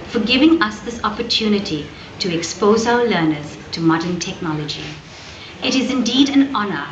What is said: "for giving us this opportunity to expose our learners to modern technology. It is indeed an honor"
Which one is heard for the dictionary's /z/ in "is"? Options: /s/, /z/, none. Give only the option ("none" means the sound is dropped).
/z/